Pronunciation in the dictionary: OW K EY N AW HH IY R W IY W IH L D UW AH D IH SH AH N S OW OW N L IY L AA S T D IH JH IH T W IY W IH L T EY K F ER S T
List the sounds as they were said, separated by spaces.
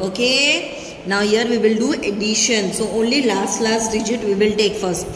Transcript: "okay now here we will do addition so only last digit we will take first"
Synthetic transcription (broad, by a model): OW K EY N AW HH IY R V IY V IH L D UW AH D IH SH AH N S OW OW N L IY L AA S T D IH JH IH T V IY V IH L T EY K F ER S T